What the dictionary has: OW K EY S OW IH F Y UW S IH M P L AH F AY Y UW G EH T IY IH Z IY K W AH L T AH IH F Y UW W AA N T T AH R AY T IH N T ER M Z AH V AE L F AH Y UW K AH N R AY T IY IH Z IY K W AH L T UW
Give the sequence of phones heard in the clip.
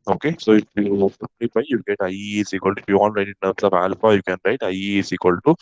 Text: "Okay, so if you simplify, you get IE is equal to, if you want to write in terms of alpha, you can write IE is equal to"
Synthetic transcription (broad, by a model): OW K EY S OW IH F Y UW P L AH P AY Y UW G EH T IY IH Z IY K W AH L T IH F Y UW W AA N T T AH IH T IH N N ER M S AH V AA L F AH Y UW K AH N R AY T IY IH S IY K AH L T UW